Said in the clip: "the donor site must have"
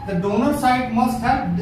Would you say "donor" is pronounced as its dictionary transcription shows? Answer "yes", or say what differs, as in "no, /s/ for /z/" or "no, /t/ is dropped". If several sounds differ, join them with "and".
yes